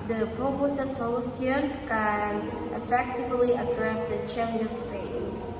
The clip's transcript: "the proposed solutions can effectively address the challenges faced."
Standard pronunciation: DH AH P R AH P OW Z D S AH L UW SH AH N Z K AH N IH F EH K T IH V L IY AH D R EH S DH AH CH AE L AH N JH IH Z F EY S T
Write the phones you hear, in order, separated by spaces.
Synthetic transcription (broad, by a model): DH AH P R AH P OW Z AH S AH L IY AH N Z K AH N IH F EH K T IH V L IY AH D R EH S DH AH CH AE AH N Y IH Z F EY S